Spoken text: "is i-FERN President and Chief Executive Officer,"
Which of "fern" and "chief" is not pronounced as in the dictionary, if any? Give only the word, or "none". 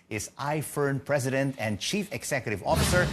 none